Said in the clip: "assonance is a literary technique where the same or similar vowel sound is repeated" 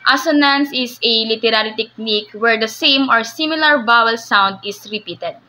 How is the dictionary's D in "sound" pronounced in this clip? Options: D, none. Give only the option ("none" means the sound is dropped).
D